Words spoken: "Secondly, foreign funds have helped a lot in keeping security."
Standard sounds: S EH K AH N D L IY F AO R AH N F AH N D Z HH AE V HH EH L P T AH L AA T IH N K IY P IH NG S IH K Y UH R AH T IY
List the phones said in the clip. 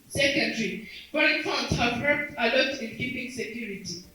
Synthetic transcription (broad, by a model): S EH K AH N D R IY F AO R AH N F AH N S HH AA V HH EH P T AH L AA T IH N K IY P IH NG S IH K Y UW R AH T IY